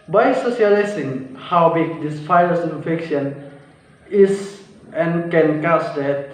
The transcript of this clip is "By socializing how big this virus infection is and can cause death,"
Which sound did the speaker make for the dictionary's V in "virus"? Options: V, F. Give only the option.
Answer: F